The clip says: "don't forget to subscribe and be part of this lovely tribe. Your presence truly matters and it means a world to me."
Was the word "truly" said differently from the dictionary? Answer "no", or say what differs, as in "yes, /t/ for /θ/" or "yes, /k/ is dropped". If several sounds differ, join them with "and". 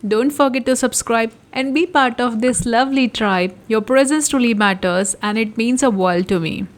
yes, /ɹ/ is dropped